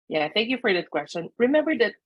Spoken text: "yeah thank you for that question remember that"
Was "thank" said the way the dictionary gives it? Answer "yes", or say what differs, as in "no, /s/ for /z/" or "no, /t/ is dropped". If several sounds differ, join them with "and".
yes